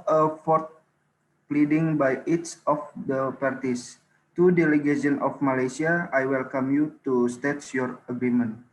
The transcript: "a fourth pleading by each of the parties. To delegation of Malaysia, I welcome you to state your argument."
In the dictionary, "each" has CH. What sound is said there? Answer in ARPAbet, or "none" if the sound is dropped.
S